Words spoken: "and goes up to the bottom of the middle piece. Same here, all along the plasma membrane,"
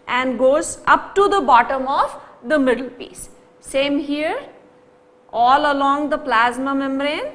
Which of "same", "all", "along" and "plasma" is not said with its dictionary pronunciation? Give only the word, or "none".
none